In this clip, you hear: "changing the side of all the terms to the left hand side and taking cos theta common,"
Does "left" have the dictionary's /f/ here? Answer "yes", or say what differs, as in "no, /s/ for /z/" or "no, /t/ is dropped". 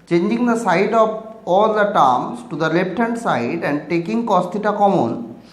no, /p/ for /f/